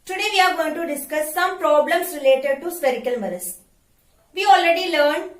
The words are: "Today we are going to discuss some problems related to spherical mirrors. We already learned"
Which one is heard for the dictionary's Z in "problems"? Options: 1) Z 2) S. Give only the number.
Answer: 2